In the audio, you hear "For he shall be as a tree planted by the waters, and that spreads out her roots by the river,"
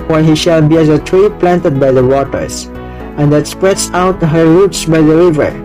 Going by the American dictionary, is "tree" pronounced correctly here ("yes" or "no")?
yes